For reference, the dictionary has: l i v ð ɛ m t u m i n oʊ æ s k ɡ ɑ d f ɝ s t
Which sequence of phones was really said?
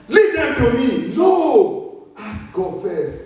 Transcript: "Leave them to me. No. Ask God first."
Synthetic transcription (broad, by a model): l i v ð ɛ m t u m i l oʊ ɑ s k ɡ ɑ d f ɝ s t